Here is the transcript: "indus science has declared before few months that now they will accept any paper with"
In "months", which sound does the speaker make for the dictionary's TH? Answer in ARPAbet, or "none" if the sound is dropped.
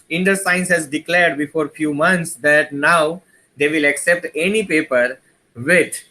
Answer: T